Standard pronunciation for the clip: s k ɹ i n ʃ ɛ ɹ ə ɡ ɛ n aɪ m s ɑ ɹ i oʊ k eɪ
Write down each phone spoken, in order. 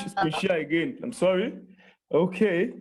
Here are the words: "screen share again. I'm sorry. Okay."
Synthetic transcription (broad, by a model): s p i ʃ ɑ l ə ɡ ɛ n aɪ m s ɑ ɹ i oʊ k eɪ